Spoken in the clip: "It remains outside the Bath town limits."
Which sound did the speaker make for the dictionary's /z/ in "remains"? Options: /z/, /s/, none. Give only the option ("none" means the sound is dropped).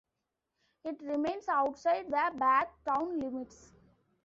/s/